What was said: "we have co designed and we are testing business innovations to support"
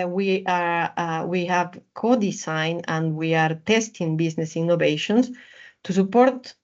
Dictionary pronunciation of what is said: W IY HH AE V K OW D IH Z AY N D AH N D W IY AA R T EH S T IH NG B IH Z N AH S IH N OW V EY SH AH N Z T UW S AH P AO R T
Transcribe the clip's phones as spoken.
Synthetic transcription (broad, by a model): W IY HH AE V K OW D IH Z AY N AH N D W IY AA R T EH S T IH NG B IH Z N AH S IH N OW V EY SH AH N S T UW S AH P AO R T